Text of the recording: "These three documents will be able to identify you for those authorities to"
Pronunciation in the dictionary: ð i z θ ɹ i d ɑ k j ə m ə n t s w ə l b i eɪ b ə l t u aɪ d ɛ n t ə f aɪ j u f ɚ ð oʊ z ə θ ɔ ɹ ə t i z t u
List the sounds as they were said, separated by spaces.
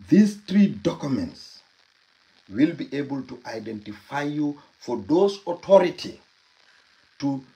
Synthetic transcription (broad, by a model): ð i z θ ɹ i d ɑ k j ə m ə n t s w ə l b i eɪ b ə l t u aɪ d ɛ n t ə f aɪ j u f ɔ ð oʊ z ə t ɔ ɹ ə t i t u